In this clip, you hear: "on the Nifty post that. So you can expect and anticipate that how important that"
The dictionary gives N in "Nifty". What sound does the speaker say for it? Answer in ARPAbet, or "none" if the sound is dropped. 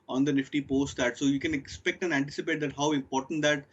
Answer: N